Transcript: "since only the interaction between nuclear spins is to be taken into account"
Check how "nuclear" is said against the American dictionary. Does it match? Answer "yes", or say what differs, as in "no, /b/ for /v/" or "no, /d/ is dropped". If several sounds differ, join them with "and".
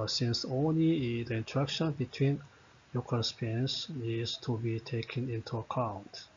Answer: no, /l/ is dropped